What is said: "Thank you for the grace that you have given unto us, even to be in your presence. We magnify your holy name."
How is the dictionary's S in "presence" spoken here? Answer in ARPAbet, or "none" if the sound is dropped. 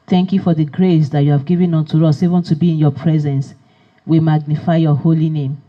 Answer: S